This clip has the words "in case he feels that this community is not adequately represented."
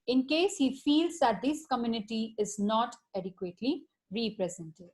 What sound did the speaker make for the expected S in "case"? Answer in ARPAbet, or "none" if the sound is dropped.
S